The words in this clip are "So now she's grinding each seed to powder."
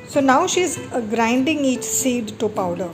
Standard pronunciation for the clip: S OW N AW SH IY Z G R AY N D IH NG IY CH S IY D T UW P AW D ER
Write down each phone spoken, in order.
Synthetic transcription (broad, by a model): S OW N AW SH IY Z G R AY N D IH NG IY CH S IY D T UW P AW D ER